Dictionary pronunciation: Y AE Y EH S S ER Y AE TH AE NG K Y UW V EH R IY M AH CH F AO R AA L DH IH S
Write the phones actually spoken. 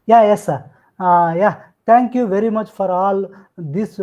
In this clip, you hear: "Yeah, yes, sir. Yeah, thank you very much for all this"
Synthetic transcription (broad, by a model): Y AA Y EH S S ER Y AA T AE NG K Y UW V EH R IY M AH CH F AO R AA L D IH S